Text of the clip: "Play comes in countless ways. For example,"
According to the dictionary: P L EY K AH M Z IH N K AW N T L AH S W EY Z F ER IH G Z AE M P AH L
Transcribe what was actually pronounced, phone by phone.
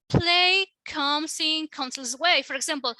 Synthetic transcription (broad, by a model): P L EY K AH M S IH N K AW N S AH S W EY F ER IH G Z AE M P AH L